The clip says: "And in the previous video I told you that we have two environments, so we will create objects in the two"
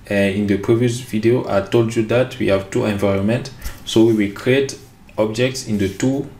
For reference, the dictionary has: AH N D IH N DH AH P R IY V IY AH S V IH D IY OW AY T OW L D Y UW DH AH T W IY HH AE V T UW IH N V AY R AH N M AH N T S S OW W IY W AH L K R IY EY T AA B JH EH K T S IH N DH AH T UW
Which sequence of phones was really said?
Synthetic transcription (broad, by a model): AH N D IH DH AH P R IY V IY AH S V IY D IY OW AY T OW L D Y UW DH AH T W IY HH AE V T UW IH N V AY R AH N M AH N T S S OW W IY W AH L K R IY EY T AA B JH EH K T S IH N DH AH T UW